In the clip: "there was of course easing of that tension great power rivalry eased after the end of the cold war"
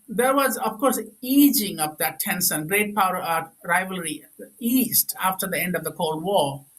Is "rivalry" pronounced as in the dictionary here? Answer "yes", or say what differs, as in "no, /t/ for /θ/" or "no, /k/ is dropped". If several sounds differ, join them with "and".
yes